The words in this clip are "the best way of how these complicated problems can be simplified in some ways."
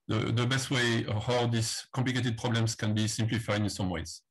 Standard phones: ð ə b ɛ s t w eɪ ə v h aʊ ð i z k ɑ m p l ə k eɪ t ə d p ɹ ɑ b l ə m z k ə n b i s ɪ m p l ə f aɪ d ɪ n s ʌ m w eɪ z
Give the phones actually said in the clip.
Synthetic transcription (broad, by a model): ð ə b ɛ s t w eɪ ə h aʊ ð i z k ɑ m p l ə k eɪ t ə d p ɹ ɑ b l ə m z k ə n b i s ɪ m p l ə f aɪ ɪ n s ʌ m w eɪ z